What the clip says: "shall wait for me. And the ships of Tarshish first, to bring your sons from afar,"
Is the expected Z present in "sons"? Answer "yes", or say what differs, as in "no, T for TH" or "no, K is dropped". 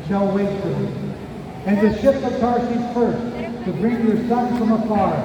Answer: no, Z is dropped